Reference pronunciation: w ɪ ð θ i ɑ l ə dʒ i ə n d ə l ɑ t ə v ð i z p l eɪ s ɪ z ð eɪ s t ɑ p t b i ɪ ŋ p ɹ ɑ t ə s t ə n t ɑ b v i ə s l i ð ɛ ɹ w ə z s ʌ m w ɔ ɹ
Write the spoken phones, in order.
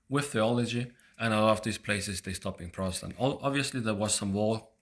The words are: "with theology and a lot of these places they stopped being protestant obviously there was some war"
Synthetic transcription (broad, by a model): w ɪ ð θ i ɑ l ə dʒ i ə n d ə l ɑ t ə v ð i z p l eɪ s ɪ z ð eɪ s t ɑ p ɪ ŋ p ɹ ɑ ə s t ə n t ɑ b v i ə s l i ð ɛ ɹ w ə z s ʌ m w ɔ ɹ